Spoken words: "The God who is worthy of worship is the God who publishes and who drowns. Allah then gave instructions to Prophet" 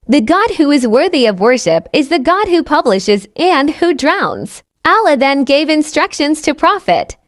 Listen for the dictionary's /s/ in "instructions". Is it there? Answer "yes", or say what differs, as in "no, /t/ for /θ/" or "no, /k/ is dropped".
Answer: yes